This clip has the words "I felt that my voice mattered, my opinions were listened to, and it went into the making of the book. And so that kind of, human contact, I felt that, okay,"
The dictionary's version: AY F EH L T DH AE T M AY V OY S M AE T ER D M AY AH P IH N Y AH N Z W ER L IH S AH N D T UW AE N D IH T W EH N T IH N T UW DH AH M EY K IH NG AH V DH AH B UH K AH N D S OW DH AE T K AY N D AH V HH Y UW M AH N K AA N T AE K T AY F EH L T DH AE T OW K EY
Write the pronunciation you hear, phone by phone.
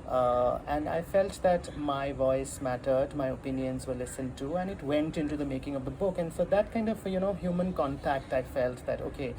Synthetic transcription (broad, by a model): AY F EH L T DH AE T M AY V OY S M AE T ER D M AY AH P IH N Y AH N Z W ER L IH S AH N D T UW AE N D IH T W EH N T IH N T UW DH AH M EY K IH NG AH V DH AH B UH K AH N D S OW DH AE T K AY N D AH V HH Y UW M AH N K AA N T AE K T AY F EH L T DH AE T OW K EY